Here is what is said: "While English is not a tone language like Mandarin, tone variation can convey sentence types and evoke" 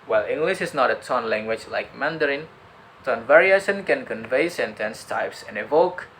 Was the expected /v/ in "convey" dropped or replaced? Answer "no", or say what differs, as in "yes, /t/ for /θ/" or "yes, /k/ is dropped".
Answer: no